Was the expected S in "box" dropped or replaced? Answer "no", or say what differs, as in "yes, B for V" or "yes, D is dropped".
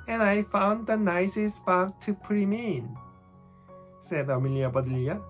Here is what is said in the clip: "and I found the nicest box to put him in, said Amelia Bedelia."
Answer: yes, S is dropped